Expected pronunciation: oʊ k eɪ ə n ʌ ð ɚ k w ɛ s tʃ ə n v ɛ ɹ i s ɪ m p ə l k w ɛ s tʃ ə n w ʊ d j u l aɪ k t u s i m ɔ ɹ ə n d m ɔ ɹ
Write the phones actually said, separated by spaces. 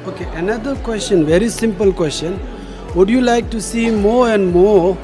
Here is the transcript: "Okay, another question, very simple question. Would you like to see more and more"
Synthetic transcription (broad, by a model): oʊ k eɪ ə n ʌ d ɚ k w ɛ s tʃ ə n v ɛ ɹ i s ɪ m p ə l k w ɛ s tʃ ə n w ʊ d j u l aɪ k t u s i m ɔ ɹ ə n d m ɔ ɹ